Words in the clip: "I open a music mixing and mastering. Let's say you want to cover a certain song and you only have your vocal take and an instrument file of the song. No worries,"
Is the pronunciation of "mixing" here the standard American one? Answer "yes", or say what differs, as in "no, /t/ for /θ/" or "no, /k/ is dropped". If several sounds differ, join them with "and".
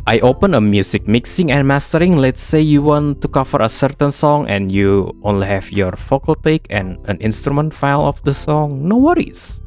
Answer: yes